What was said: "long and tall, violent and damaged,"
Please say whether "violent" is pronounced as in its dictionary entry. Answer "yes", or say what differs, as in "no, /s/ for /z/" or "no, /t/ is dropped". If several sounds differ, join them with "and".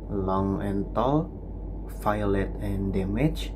no, /f/ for /v/ and /n/ is dropped